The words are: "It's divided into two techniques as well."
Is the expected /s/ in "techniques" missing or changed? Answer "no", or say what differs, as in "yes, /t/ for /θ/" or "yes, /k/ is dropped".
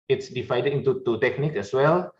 yes, /s/ is dropped